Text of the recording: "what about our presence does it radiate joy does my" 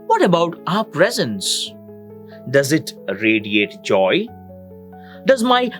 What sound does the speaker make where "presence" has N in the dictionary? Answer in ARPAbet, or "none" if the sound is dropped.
N